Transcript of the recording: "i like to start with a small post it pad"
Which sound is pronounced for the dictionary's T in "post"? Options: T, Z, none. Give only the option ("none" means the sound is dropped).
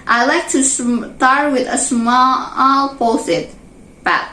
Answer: none